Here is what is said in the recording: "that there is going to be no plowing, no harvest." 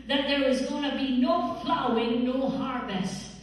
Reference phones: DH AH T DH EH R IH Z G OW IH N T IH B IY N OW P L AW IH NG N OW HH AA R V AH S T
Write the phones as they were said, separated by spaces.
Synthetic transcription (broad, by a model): DH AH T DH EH R IH Z G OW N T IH B IY N OW F L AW IH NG N OW HH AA R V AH S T